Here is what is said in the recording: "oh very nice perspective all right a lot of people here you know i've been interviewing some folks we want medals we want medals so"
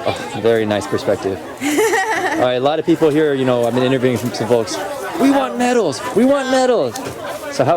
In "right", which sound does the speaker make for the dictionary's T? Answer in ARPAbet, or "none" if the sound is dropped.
none